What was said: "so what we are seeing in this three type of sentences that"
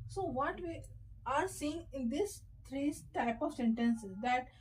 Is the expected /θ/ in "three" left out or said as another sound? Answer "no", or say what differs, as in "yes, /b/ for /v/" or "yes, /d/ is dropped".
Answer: yes, /t/ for /θ/